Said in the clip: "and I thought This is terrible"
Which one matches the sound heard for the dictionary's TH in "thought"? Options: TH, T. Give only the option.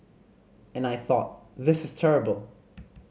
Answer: TH